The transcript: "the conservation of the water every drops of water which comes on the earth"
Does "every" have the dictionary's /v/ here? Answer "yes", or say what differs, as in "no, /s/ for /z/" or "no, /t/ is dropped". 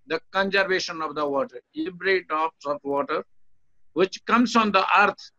no, /b/ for /v/